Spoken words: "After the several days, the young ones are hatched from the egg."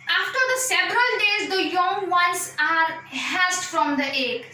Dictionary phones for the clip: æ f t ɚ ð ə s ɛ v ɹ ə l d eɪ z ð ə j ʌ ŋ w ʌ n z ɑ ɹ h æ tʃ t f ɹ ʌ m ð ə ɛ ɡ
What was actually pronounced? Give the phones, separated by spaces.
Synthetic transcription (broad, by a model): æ f t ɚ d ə s ɛ v ɹ ə l d eɪ z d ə j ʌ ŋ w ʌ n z ɑ ɹ h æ s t f ɹ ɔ m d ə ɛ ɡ